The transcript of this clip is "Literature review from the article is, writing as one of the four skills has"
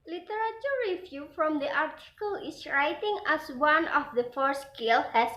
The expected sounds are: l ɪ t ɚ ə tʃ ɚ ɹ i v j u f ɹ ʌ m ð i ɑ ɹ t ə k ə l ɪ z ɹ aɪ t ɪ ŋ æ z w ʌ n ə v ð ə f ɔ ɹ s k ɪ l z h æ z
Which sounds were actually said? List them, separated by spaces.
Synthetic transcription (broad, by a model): l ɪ t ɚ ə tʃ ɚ ɹ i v j u f ɹ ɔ m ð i ɑ ɹ t ə k ə l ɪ s ɹ aɪ t ɪ ŋ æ s w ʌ n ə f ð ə f ɔ ɹ s k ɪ l h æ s